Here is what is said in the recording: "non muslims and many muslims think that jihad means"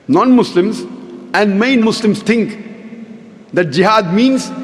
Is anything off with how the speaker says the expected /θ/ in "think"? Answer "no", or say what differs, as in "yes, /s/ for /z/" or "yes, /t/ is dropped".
yes, /t/ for /θ/